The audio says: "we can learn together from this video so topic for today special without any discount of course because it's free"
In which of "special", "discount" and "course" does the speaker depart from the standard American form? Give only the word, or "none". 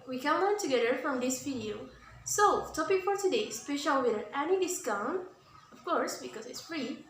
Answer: discount